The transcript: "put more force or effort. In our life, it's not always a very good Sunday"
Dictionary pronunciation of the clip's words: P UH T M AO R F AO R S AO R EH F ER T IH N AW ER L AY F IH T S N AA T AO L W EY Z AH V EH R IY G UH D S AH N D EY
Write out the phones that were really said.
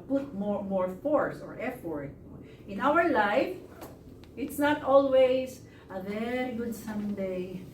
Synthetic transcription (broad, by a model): P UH T M AO R F AO R S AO R EH F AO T IH N AW ER L AY F IH T S N AA T AO L W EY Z AH V EH R IY G UH D S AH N D EY